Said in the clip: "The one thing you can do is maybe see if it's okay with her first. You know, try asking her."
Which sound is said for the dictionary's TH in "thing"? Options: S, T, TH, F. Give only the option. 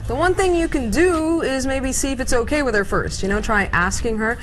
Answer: TH